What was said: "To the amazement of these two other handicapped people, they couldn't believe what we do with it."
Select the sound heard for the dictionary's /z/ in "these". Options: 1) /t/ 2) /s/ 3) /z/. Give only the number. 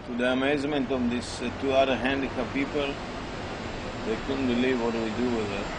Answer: 2